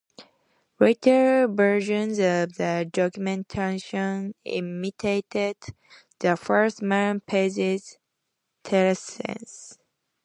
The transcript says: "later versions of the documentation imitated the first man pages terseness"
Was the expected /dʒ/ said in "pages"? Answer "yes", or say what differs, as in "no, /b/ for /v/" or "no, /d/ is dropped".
no, /z/ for /dʒ/